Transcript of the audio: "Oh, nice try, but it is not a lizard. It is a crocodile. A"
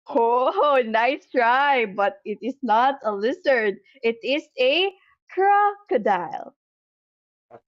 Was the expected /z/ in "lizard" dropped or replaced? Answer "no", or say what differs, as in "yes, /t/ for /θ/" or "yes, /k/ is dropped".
yes, /s/ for /z/